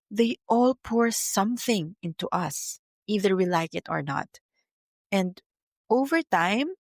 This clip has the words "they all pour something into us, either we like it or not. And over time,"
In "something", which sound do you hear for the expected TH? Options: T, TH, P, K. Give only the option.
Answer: TH